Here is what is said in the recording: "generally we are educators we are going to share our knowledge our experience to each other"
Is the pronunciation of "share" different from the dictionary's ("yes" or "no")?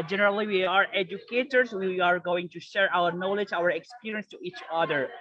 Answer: no